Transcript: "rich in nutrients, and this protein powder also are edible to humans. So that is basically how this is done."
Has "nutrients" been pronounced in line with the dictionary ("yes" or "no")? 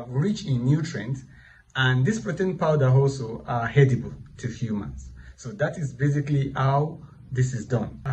no